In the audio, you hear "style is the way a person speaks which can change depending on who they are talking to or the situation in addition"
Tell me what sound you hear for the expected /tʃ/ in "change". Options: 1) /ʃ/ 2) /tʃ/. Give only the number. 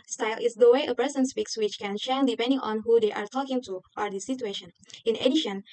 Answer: 1